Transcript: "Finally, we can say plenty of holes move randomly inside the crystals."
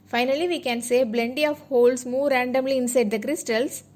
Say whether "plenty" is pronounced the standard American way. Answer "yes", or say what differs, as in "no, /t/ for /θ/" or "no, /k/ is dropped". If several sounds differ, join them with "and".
no, /b/ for /p/